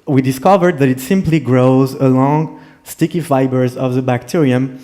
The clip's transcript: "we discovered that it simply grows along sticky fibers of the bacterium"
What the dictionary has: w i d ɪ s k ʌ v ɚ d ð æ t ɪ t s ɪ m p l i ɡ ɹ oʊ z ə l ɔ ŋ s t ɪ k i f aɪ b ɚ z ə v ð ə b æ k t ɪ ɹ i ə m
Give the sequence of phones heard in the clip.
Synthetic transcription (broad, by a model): w i d ɪ s k ʌ v ɚ d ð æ t ɪ t s ɪ m p l i ɡ ɹ oʊ z ə l ɔ ŋ s t ɪ k i f aɪ b ɚ z ə v ð ə b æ k t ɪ ɹ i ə m